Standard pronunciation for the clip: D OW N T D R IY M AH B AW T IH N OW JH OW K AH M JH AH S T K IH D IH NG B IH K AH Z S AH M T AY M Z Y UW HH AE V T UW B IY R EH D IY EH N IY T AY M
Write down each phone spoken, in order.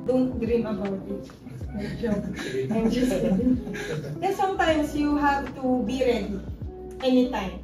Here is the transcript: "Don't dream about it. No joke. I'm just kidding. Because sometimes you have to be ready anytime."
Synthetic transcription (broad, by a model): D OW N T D R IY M AH B AW T IH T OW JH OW AH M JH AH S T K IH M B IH AH S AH M T AY M S Y UW HH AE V T UW B IY R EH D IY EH N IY T AY M